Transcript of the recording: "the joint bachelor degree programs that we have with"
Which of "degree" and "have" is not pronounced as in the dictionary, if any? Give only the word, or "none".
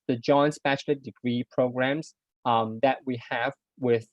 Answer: none